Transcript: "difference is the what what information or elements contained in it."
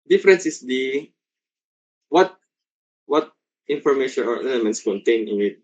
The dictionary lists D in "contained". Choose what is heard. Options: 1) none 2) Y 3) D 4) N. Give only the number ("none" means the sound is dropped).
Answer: 1